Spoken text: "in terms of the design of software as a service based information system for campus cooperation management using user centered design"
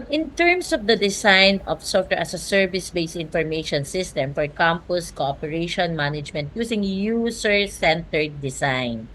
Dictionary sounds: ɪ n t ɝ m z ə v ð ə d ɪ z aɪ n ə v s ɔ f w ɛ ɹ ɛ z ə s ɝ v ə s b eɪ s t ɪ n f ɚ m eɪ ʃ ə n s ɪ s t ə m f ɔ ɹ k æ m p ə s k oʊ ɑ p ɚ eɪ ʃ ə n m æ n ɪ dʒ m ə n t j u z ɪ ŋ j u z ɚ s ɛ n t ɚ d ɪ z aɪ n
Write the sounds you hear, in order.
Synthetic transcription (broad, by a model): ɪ n t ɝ m s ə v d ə d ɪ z aɪ n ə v s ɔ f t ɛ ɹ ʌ s ə s ɝ v ə s b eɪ s ɪ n f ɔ m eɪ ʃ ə n s ɪ s t ə m f ɔ ɹ k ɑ m p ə s k oʊ ɑ p ɚ eɪ ʃ ə n m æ n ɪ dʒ m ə n t j u s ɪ ŋ j u s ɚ s ɛ n t ɚ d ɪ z aɪ n